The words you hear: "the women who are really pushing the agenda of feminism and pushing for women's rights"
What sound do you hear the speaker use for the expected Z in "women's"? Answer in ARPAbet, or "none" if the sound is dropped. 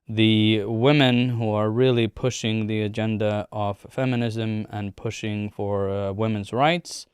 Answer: Z